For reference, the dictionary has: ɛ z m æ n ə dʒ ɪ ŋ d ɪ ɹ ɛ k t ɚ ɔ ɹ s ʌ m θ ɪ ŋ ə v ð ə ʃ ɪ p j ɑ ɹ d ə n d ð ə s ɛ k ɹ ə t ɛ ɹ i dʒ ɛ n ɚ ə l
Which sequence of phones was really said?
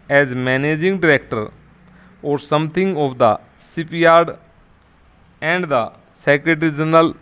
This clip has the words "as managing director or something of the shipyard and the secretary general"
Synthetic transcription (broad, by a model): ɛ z m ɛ n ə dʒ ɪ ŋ d ɪ ɹ ɛ k t ɚ ɔ ɹ s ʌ m t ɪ ŋ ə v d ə s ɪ p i ɑ ɹ d ə n d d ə s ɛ k ɹ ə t ɹ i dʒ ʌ n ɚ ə l